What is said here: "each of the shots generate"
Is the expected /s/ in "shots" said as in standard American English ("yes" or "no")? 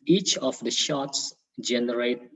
yes